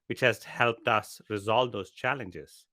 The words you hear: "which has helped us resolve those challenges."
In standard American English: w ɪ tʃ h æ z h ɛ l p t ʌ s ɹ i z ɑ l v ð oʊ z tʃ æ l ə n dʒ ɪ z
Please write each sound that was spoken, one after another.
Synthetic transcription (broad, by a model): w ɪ tʃ h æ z h ɛ l p t ʌ s ɹ i z ɑ l v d oʊ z tʃ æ l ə n dʒ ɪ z